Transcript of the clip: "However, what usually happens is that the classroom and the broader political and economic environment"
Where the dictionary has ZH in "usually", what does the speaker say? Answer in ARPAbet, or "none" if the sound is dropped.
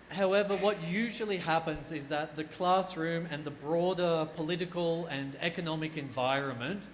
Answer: ZH